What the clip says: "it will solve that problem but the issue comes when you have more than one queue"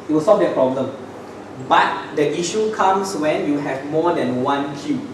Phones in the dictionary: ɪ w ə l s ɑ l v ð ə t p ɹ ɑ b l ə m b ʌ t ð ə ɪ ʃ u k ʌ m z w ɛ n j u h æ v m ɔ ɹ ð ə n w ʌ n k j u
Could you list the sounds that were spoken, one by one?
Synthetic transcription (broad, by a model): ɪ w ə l s ɑ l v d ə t p ɹ ɑ b l ə m b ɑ t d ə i ʃ u k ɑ m s w ɛ n j u h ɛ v m ɔ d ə n w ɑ n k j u